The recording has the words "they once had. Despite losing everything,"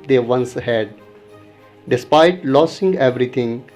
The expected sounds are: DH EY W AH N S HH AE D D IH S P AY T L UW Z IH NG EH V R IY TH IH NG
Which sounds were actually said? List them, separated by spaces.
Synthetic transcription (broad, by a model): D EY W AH N S HH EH D D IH S P AY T L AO S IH NG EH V R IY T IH NG